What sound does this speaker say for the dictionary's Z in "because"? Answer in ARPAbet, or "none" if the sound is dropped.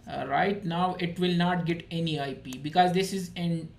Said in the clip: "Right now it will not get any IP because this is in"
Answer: Z